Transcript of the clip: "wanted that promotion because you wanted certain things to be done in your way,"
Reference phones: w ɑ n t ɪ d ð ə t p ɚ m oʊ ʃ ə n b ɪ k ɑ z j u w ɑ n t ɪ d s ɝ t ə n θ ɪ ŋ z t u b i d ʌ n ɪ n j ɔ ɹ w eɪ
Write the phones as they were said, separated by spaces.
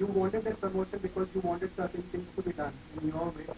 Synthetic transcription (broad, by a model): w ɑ n t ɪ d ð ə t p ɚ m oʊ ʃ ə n b ɪ k ɑ z j u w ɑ n t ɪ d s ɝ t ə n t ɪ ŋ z t u b i d ʌ n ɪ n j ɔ l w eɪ